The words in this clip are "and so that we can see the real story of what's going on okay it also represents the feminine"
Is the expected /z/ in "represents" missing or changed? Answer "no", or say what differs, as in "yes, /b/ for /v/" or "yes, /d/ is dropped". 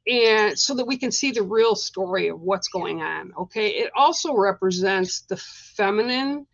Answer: no